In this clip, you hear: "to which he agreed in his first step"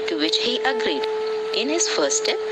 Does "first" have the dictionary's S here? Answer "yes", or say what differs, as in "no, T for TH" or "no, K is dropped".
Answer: no, S is dropped